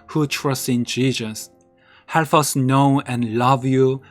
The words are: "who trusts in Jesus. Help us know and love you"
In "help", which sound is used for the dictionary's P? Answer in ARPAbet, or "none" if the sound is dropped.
F